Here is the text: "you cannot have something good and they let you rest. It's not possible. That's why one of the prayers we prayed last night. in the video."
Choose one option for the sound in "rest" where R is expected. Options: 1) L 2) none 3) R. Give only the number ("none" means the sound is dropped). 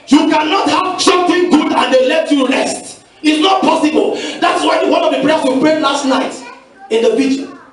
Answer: 1